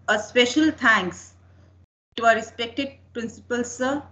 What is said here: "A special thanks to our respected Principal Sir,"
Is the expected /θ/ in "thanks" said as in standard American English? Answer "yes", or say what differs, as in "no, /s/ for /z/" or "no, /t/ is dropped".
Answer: no, /t/ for /θ/